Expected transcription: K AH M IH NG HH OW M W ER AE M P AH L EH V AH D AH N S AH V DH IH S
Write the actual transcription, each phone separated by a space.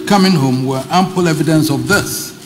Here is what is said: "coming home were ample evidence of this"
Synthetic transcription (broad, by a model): K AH M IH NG HH OW M W ER AE M P AH L EH V AH D AH N S AH V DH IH S